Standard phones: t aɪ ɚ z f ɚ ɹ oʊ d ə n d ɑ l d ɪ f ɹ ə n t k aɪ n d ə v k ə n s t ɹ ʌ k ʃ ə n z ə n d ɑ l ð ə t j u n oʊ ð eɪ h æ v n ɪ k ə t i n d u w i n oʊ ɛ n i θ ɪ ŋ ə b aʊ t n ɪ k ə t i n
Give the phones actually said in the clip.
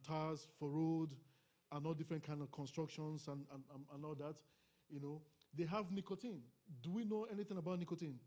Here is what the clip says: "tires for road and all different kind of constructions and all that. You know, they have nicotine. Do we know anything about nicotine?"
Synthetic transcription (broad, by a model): t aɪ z f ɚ ɹ oʊ d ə n ɑ l d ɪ f ɹ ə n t k aɪ n d ə v k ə n s t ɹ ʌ k ʃ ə n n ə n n ɑ l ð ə t j u n oʊ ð eɪ h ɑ v n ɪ k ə t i n d u w i n oʊ ɛ n i θ ɪ ŋ ə b aʊ t n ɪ k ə t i n